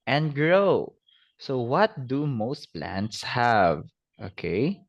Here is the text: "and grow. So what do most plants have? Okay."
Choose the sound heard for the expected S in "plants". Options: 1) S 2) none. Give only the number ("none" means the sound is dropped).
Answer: 1